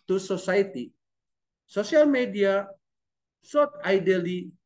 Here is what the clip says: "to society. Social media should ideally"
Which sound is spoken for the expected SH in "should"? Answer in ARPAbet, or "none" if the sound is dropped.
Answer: S